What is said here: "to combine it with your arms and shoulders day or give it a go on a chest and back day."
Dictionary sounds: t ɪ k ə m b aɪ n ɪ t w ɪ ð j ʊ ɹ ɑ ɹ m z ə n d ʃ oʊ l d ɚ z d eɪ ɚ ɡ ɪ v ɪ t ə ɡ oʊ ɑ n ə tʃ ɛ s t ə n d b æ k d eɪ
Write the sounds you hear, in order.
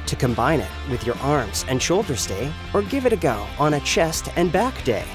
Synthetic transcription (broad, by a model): t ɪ k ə m b aɪ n ɪ t w ɪ ð j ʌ ɹ ɑ ɹ m z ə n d ʃ oʊ l d ɚ z d eɪ ɚ ɡ ɪ v ɪ t ə ɡ oʊ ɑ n ə tʃ ɛ s t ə n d b æ k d eɪ